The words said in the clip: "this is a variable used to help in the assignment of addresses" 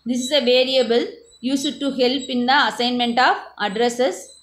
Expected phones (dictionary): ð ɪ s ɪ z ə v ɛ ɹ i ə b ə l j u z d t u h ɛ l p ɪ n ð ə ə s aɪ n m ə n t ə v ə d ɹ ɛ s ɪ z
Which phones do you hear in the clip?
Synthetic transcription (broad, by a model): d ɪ s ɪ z ə v ɛ ɹ i ə b ə l j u s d t u h ɛ l p ɪ n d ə ə s aɪ n m ə n t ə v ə d ɹ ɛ s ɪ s